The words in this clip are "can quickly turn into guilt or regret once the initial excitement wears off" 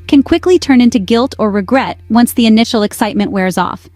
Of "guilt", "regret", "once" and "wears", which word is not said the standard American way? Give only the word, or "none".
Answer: none